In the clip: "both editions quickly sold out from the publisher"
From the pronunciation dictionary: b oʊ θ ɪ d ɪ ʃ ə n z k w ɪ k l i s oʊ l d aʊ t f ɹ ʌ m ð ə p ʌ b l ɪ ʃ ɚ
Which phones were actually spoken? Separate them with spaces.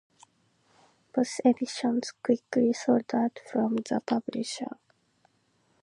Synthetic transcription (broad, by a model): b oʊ s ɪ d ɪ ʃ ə n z k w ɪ k l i s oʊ d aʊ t f ɹ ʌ m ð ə p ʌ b l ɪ ʃ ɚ